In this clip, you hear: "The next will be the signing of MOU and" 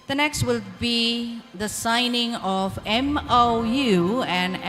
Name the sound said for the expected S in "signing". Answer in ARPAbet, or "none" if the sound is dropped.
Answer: S